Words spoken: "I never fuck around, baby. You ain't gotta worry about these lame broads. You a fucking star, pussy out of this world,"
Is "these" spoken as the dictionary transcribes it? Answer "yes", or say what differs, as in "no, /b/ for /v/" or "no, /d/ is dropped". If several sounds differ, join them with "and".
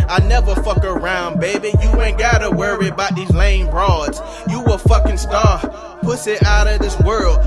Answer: yes